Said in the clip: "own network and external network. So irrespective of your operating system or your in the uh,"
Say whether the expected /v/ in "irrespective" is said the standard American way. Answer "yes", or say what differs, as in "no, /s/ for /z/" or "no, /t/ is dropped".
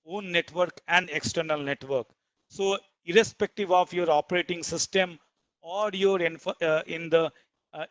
yes